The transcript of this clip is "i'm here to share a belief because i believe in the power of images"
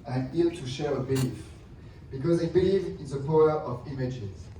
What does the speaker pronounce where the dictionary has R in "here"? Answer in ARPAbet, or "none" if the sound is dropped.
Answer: L